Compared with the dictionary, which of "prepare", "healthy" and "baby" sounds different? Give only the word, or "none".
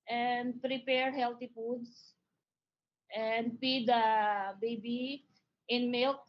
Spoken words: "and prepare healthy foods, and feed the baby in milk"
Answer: healthy